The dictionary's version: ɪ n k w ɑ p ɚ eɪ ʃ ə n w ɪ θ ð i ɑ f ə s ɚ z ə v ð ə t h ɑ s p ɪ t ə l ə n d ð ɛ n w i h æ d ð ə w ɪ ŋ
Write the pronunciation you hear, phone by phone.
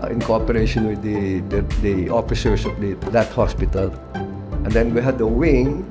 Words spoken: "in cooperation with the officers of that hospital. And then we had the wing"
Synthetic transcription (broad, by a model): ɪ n k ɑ p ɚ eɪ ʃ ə n w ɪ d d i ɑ f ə s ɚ s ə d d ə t h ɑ s p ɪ t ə l ə n d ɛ n w i h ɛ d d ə w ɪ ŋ